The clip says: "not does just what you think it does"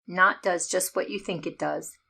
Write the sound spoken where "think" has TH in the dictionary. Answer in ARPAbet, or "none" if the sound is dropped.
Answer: TH